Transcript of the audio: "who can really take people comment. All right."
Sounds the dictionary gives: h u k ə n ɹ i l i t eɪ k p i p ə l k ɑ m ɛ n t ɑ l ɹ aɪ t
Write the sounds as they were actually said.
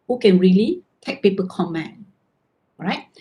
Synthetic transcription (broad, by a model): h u k ə n ɹ i l i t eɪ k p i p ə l k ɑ m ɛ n ɑ ɹ aɪ t